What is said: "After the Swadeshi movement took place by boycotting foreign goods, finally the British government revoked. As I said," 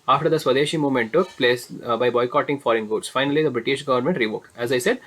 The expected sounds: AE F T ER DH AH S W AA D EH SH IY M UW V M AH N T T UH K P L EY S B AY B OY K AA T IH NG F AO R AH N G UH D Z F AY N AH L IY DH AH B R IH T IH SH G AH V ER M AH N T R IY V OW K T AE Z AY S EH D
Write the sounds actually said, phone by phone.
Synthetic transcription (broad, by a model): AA F T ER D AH S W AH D EH SH IY M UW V M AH N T T UH K P L EY S B AY B OY K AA T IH NG F AO R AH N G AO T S F AY N AH L IY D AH B R IH T IH SH G AH V ER M AH N T R IY V OW K T AE Z AY S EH D